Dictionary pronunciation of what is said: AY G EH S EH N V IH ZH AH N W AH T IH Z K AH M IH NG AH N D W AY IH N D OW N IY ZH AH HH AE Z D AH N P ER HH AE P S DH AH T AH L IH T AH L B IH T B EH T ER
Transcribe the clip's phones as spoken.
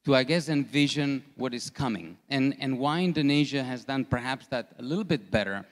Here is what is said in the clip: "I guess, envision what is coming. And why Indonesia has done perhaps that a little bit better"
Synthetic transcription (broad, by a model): AY G EH S EH N V IH ZH AH N W AH T IH Z K AH M IH NG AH N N W AY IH N D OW N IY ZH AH HH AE Z D AH N P ER HH AE P S DH AH T AH L IH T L B IH T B EH T ER